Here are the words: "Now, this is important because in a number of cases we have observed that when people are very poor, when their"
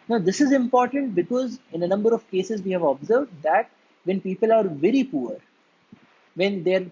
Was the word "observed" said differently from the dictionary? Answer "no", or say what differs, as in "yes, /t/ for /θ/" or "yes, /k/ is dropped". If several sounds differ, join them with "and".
no